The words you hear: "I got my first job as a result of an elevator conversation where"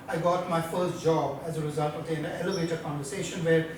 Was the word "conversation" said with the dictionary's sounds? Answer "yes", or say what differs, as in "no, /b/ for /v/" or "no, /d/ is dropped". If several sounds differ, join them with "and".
yes